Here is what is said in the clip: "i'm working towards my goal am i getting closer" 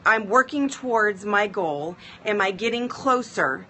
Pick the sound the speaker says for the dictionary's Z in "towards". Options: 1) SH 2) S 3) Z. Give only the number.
3